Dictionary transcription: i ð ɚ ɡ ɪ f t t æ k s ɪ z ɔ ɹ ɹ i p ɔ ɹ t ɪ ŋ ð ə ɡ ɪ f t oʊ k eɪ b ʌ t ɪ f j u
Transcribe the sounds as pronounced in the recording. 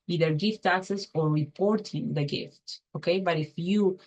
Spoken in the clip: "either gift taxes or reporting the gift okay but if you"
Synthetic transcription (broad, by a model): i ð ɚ ɡ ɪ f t t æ k s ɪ s ɔ ɹ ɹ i p ɔ ɹ t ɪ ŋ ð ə ɡ ɪ f t oʊ k eɪ b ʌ t ɪ f j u